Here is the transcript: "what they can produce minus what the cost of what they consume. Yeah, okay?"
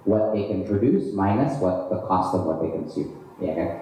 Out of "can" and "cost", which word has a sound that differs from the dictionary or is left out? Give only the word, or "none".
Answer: none